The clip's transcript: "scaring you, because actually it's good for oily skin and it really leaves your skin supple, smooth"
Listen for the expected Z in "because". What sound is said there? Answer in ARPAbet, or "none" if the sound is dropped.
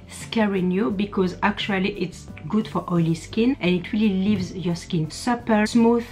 Z